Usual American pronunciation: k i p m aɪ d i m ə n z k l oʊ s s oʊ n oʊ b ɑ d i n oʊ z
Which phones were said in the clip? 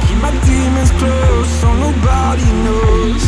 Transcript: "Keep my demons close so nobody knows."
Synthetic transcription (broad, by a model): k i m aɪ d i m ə z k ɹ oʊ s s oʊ n oʊ b ɑ d i n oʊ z